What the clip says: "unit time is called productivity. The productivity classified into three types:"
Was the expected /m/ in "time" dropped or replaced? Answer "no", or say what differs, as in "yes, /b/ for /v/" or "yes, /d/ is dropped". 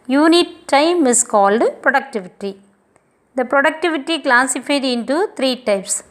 no